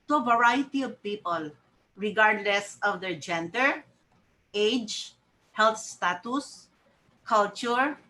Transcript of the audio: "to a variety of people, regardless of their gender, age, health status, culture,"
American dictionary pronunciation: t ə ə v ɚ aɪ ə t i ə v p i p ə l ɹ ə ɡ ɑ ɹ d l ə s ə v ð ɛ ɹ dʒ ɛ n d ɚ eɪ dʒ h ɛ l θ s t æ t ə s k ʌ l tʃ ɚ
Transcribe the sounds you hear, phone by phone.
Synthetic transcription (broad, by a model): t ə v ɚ aɪ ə t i ə v p i p ə l ɹ ə ɡ ɑ ɹ d l ə s ə v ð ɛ ɹ dʒ ɛ n d ɚ eɪ dʒ h ɛ l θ s t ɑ t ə s k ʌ l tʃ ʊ